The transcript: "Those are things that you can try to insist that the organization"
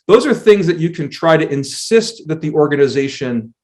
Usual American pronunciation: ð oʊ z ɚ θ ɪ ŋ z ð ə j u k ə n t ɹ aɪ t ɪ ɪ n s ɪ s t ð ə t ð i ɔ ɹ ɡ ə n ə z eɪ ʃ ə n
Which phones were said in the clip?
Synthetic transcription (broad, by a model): ð oʊ z ɚ θ ɪ ŋ z ð ə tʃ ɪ k ə n t ɹ aɪ t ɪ ɪ n s ɪ s t ð ə t ð i ɔ ɹ ɡ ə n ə z eɪ ʃ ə n